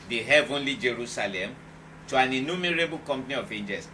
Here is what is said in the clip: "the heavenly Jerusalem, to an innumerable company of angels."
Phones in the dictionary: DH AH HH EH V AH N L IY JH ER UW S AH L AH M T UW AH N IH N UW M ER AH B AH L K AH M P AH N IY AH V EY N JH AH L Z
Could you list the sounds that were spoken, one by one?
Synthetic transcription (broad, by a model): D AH HH EH V AH N L IY JH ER UW S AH L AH M T UW AH N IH N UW M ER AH B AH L K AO M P N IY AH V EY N JH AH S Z